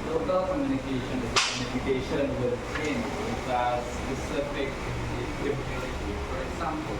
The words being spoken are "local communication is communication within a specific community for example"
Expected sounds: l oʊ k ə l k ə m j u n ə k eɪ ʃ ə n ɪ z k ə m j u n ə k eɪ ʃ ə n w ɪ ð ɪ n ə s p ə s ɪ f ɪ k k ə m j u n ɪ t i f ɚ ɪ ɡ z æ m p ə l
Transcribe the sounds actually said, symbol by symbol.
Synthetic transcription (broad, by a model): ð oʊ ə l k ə m j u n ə k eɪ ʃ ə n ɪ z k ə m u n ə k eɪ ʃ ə n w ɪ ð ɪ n ə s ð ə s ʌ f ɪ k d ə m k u l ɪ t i f ɚ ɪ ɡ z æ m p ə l